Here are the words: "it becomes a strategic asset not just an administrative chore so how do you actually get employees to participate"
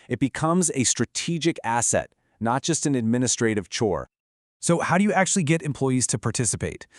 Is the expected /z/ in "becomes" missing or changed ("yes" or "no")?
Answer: no